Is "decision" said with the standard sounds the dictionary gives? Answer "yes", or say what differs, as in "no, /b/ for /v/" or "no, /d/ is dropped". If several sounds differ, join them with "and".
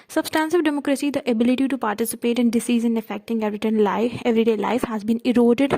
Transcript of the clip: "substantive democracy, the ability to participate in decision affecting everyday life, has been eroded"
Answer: no, /z/ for /ʒ/